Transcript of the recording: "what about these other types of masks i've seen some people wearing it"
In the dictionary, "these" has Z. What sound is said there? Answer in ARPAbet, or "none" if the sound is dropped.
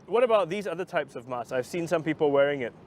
Z